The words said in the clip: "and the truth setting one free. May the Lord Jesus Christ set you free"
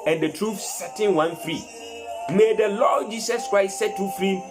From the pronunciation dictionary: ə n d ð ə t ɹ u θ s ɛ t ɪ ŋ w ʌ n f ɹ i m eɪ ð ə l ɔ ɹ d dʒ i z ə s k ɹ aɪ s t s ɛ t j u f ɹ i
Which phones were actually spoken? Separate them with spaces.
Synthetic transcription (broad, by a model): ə n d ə t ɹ u f s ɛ t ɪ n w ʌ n f ɹ i m eɪ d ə l ɔ d dʒ i s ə s k ɹ aɪ s t s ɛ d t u f ɹ i